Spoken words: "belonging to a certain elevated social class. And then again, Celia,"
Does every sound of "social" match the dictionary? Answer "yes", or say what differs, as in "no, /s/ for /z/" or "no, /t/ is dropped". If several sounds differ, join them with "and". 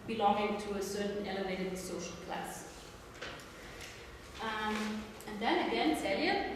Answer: yes